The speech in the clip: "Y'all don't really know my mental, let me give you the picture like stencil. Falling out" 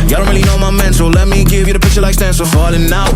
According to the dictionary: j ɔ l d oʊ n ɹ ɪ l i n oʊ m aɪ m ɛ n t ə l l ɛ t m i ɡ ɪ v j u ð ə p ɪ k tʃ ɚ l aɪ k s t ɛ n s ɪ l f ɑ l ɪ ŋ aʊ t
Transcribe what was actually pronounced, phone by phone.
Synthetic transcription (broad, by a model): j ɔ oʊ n ɹ ɪ l i n oʊ m aɪ m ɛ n s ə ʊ l ɛ t m i ɡ ɪ v j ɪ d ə p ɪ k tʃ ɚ l aɪ k s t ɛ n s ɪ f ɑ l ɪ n aʊ